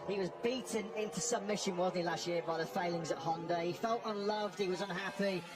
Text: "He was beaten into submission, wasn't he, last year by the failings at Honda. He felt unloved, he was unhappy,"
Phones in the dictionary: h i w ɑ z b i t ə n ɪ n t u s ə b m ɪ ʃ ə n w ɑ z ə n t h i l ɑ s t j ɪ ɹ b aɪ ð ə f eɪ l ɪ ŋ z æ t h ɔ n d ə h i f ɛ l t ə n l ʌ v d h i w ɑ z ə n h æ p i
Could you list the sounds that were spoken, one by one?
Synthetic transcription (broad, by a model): h i w ɑ z b i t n ɪ n t u s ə m ɪ ʃ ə n w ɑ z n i l ɑ s t j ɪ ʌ b aɪ ð ə f eɪ l ɪ ŋ z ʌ t h ɔ n d ə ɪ i f ɛ l t ə n l ʌ v d h i w ɑ z ə n h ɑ p i